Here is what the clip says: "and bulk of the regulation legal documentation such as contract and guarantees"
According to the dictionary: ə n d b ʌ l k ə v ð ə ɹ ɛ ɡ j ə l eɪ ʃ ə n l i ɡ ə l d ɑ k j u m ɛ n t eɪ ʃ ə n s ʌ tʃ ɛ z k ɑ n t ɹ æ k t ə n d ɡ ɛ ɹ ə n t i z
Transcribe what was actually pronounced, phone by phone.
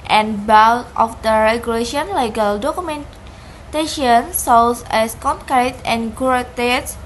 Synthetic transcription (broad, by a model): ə n b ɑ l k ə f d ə ɹ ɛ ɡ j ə l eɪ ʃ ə n l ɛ ɡ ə l d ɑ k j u m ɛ n t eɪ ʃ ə n s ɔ s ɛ s k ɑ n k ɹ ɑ t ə n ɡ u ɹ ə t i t